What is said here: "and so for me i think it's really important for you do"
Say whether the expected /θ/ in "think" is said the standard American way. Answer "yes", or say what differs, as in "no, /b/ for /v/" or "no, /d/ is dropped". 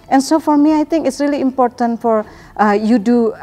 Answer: no, /t/ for /θ/